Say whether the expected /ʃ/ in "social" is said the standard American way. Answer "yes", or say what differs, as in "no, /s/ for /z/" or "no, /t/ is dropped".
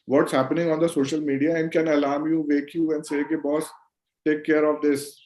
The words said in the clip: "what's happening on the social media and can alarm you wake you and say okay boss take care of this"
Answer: yes